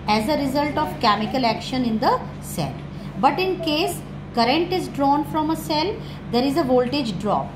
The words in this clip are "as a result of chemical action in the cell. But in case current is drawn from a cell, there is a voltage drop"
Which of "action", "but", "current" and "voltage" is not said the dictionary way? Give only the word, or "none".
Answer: none